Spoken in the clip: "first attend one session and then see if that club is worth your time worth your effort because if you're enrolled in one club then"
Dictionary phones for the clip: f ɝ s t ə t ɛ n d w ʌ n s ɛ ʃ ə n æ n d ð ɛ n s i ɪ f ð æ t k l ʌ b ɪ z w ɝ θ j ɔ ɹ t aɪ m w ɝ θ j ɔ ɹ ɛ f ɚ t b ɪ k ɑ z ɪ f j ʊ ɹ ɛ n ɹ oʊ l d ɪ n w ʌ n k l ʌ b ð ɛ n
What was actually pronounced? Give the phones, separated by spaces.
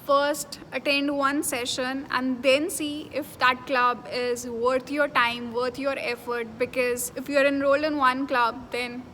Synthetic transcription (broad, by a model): f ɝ s t ə t ɛ n d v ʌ n s ɛ ʃ ə n æ n d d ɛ n s i ɪ f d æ t k l ʌ b ɪ z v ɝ t j ɔ ɹ t aɪ m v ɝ t j ɔ ɹ ɛ f ɚ t b ɪ k ɑ z ɪ f j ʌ ɹ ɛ n ɹ oʊ l ɪ n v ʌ n k l ʌ b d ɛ n